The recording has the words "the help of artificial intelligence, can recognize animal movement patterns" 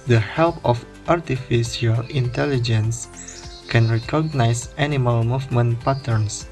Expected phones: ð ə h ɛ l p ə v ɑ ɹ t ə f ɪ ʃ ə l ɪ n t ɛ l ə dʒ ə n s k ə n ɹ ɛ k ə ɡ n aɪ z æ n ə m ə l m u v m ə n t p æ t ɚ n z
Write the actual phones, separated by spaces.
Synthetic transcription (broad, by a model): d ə h ɛ l p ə f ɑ ɹ t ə f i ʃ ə l ɪ n t ɛ l ə dʒ ə n s k ə n ɹ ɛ k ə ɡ n aɪ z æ n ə m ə l m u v m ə n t p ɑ t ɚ n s